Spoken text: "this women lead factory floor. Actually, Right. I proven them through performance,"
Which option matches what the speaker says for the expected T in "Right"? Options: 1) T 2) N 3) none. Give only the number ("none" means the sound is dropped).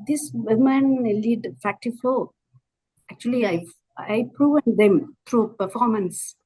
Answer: 3